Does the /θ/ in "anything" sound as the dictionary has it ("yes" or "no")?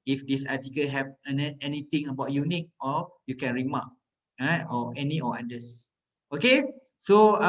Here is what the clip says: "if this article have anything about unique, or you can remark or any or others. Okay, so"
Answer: no